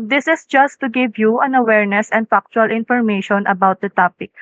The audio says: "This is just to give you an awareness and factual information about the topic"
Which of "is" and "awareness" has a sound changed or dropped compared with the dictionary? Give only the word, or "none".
is